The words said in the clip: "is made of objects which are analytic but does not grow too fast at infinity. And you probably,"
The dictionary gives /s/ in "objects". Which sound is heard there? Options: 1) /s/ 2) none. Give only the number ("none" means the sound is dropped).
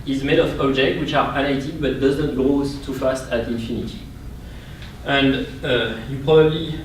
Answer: 2